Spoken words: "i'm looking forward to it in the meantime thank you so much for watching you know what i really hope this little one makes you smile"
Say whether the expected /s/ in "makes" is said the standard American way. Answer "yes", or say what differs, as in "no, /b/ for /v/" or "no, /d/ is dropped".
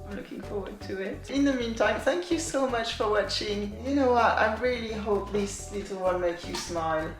no, /s/ is dropped